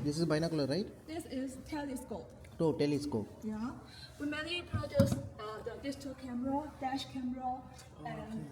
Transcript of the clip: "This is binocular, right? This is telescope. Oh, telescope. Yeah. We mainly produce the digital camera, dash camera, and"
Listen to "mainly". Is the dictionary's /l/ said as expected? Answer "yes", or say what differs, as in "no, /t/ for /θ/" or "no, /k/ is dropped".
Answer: no, /l/ is dropped